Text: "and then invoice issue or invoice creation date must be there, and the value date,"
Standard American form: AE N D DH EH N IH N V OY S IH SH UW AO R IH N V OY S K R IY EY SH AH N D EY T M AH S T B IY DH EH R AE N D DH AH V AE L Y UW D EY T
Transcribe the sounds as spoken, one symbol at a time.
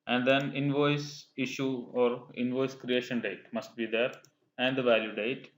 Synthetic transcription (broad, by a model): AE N D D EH N IH N V OY S IH SH UW AO R IH N V OY S K R IY EY SH AH N D EY T M AH S T B IY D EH R AE N D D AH V AE L Y UW D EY T